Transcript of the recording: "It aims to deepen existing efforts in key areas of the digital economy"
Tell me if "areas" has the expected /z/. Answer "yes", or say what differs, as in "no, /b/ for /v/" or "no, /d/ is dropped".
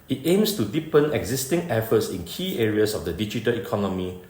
no, /s/ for /z/